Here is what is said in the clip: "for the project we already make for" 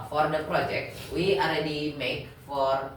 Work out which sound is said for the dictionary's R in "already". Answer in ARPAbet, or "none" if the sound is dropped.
R